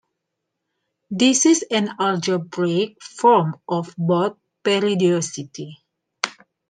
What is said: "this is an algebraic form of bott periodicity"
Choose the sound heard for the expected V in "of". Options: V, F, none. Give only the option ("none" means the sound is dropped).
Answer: F